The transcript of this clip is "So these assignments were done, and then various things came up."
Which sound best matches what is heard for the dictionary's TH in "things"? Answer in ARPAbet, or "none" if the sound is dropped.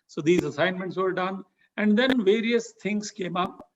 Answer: T